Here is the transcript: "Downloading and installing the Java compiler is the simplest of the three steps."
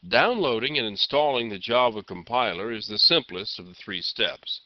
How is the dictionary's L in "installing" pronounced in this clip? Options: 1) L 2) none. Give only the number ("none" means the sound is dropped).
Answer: 1